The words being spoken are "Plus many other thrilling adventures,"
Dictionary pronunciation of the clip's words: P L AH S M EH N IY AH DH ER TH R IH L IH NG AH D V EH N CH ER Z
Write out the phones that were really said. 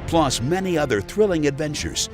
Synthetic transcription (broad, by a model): P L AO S M EH N IY AH DH ER TH R IH L IH NG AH D V EH N CH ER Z